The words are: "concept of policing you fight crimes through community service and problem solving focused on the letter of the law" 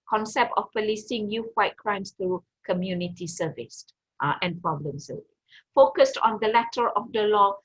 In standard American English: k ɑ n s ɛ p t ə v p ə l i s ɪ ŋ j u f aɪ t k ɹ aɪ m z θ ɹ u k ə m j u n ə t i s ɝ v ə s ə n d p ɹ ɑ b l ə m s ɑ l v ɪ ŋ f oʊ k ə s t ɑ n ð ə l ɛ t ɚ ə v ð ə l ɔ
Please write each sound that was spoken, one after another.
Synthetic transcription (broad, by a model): k ɑ n s ɛ p t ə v p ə l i s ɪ ŋ j u f aɪ t k ɹ aɪ m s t ɹ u k ə m j u n ə t i s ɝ v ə s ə n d p ɹ ɑ b l ə m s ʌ v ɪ f oʊ k ə s t ɑ n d ə l ɛ t ɚ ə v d ə l ɔ